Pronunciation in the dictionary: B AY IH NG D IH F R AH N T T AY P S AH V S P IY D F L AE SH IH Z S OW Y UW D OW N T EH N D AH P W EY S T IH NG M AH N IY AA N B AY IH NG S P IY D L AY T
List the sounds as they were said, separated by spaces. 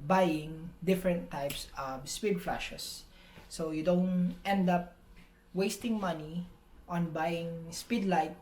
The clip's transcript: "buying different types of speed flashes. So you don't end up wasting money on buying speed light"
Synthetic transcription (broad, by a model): B AY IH NG D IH F R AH N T T AY P S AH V S P IY D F L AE SH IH S OW Y UW D OW N T EH N D AH P W EY S T IH NG M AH N IY AA N B AY IH NG S P IY D L AY T